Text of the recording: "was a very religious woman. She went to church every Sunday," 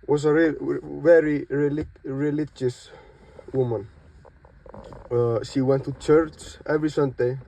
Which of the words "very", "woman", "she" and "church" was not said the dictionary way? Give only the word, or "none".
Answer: none